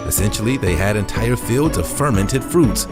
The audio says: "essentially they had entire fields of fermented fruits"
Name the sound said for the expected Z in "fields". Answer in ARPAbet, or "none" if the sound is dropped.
Z